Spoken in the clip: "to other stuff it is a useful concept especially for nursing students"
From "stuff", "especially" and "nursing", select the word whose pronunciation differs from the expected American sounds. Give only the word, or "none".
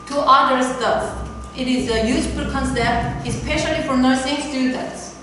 stuff